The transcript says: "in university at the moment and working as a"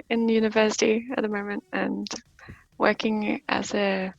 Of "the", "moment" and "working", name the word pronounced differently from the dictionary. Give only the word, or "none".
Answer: none